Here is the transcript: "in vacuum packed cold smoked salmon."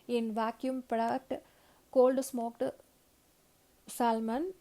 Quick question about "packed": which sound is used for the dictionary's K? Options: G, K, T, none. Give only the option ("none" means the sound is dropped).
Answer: none